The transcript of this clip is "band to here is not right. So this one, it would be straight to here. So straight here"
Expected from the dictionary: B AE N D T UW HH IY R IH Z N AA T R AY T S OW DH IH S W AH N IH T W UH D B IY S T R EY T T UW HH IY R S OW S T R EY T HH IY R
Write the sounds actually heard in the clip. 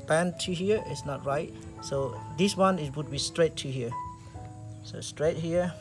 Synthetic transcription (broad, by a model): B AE N T UW HH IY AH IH S N AA T R AY T S OW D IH S W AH N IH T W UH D B IY S T R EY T T UW HH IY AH S OW S T R EY T HH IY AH